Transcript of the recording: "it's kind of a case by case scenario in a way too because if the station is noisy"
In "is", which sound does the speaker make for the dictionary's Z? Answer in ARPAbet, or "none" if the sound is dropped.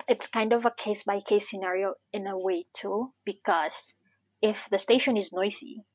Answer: Z